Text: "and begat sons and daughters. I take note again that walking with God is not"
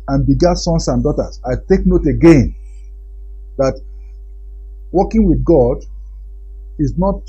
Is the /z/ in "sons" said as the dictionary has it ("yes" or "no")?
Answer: no